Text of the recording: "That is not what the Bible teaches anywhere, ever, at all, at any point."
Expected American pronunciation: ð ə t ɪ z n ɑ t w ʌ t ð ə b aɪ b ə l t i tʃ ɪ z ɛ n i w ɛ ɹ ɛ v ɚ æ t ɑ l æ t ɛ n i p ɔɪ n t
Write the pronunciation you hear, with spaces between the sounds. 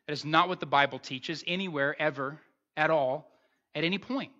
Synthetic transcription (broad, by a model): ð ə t ɪ z n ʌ t w ʌ t ð ə b aɪ b l t i tʃ ɪ z ɛ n i w ɛ ɹ ɛ v ɚ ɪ t ɑ l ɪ t ɛ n i p ɔɪ n t